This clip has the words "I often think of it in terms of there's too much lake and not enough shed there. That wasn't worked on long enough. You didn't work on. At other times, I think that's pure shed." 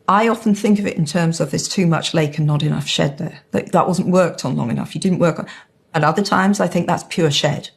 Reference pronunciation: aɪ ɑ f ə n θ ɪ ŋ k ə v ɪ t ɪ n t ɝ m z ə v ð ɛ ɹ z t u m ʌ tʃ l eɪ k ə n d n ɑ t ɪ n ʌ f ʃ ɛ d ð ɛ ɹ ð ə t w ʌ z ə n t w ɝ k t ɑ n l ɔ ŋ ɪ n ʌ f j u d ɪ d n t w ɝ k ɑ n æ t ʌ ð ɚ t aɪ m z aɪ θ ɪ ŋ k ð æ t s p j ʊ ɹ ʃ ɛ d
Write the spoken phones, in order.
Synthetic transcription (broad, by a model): aɪ ɑ f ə n θ ɪ ŋ k ə v ɪ t ɪ n t ɝ m z ə v ð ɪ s t u m ʌ tʃ l eɪ k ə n n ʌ t ɪ n ʌ f ʃ ɛ d ð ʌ ɹ ð ə t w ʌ z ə n t w ɝ k t n l ɔ ŋ ɪ n ʌ f j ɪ d ɪ d n t w ɝ k n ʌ t ʌ ð ɚ t aɪ m z aɪ θ ɪ ŋ k ð æ t s p j ʊ ɹ ʃ ɛ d